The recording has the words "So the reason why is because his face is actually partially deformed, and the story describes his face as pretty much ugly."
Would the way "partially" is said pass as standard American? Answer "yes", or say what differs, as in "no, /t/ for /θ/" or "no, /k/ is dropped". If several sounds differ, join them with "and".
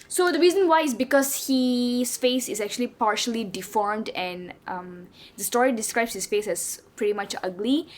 yes